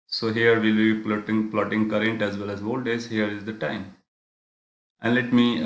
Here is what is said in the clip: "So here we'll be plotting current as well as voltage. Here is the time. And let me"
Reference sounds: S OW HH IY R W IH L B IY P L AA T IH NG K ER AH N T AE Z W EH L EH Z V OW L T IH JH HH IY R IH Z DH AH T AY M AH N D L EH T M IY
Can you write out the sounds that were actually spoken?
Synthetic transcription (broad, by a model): S OW HH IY R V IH L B IY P L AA T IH NG K ER AH N T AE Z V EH L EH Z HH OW L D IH Z HH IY R IH Z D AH T AY M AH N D L EH T M IY